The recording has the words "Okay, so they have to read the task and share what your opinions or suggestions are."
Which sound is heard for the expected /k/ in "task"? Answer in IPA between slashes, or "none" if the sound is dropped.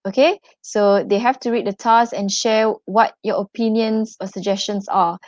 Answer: none